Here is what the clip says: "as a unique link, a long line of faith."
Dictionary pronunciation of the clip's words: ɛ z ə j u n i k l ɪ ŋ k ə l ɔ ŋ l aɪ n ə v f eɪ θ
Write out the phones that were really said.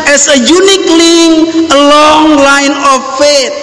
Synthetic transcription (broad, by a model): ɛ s ə j u n i k l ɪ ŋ ə l ɔ ŋ l aɪ n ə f eɪ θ